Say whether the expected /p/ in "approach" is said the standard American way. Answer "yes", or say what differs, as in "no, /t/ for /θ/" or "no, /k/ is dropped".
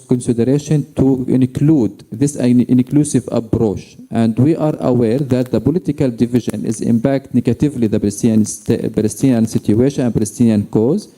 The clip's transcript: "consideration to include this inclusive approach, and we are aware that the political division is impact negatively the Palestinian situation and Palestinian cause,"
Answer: no, /b/ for /p/